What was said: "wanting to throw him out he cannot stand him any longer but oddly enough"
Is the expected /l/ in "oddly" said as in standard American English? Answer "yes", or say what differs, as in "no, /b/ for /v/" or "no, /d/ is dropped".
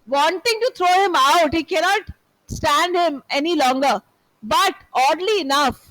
yes